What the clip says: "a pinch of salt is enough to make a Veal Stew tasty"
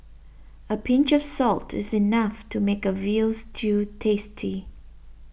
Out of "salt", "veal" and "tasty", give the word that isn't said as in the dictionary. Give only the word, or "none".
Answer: none